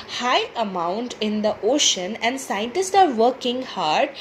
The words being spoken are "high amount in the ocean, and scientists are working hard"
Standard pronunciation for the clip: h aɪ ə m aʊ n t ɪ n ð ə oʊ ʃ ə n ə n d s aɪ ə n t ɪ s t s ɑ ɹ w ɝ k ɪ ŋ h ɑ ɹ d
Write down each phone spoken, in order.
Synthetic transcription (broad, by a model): h aɪ ə m aʊ n t ɪ n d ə oʊ ʃ ə n ə n d s aɪ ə n t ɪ s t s ɑ ɹ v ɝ k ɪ ŋ h ɑ ɹ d